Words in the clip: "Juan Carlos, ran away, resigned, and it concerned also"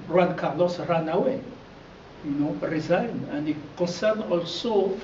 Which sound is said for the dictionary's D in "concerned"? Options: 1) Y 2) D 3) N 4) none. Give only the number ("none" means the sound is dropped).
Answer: 4